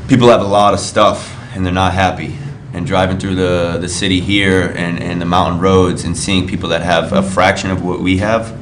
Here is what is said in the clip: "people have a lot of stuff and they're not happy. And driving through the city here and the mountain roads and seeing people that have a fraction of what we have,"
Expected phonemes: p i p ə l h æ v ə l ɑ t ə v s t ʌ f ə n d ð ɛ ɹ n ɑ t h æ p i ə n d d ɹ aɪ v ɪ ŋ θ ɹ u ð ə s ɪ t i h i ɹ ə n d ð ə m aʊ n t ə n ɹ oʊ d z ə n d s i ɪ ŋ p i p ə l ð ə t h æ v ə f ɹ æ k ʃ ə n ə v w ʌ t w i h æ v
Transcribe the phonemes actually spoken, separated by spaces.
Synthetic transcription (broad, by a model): p i p l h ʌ v ə l ɑ t ə v s t ʌ f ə n ð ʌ ɹ n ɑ t h æ p i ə n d d ɹ aɪ v ɪ ŋ θ ɹ u ð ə s ɪ t i h i ɹ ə n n ð ə m aʊ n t n ɹ oʊ d z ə n s i ɪ ŋ p i p l ð ə t h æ v ə f ɹ æ k ʃ ə n ə v w ʌ t w i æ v